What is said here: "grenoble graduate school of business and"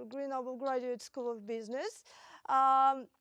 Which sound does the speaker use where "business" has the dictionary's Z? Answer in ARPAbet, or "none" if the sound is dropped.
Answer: Z